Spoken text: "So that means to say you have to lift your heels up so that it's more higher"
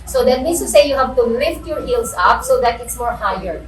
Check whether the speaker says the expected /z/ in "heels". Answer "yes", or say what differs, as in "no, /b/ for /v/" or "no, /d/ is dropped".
no, /s/ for /z/